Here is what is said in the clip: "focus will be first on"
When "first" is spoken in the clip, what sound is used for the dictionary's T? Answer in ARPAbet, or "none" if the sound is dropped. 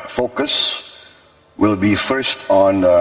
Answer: T